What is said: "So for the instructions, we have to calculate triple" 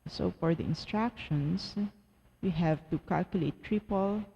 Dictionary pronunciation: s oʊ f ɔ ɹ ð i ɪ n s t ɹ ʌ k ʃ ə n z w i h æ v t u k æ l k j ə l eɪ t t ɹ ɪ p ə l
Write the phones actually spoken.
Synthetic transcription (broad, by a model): s oʊ f ɔ ɹ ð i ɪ n s t ɹ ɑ k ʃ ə n s w i h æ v t u k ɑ l k j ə l eɪ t t ɹ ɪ p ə l